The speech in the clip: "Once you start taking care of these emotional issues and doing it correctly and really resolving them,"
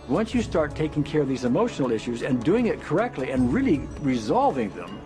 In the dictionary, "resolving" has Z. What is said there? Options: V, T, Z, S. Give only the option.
Z